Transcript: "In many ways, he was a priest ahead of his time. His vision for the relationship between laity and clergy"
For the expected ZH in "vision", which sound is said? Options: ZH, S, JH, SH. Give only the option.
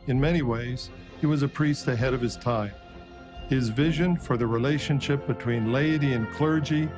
ZH